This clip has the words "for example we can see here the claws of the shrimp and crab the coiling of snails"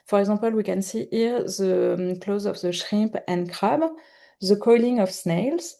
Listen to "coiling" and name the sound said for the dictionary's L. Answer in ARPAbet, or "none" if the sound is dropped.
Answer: L